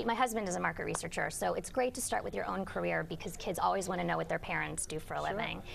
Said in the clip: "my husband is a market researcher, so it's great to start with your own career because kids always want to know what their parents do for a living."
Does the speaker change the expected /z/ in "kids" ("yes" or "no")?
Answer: no